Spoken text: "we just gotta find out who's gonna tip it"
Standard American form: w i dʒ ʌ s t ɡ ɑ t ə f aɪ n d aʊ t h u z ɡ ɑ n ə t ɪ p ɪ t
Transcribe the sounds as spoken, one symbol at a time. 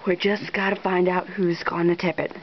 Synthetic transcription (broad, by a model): w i dʒ ʌ s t ɡ ɑ t ə f aɪ n d aʊ t h u z ɡ ɑ n ə t ɪ p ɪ t